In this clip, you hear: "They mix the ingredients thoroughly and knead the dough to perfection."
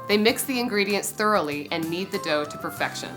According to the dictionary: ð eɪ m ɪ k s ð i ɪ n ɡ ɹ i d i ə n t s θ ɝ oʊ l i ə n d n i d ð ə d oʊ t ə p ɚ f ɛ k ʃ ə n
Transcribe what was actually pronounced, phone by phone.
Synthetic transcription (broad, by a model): ð eɪ m ɪ k s ð i ɪ n ɡ ɹ i d i ə n t s θ ɝ oʊ l i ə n n i d ð ə d oʊ t ə p ɚ f ɛ k ʃ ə n